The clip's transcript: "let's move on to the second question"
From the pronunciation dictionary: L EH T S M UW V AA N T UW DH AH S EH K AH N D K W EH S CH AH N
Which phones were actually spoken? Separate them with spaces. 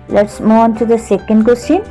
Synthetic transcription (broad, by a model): L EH T S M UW AA N T UW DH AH S EH K AH N D K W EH S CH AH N